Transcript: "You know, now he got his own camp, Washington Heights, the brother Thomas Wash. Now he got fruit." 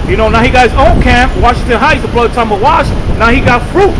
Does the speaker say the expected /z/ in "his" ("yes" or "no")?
yes